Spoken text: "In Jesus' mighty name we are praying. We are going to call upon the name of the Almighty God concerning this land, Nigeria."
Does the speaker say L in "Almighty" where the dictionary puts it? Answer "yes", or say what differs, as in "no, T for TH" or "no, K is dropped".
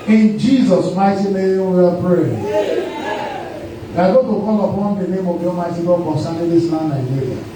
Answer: no, L is dropped